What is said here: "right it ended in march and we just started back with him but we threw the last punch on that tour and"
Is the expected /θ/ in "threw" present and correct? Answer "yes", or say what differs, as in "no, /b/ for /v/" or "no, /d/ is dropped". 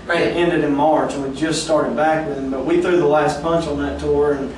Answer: yes